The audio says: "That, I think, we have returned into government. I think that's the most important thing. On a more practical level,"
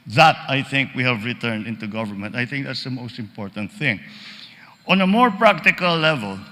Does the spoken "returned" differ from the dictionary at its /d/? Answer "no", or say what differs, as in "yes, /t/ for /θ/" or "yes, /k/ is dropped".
no